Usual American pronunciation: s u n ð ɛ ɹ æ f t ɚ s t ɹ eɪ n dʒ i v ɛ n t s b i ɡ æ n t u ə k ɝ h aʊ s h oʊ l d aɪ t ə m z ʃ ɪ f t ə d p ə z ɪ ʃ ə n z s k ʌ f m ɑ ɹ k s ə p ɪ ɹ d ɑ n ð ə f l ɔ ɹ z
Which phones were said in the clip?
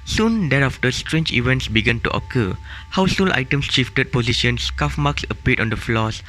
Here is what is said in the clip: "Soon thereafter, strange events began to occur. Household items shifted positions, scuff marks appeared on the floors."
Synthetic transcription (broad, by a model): s u n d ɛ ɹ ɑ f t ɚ s t ɹ eɪ n dʒ i v ɛ n t s b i ɡ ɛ n t u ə k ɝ h aʊ s h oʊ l aɪ t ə m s ʃ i f t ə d p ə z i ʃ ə n s k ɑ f m ɑ k s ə p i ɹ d ɑ n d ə f l ɔ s